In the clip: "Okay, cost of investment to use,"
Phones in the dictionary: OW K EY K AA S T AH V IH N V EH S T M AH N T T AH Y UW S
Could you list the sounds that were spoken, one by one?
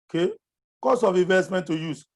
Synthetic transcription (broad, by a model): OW K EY K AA S AH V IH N V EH S T M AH N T T AH Y UW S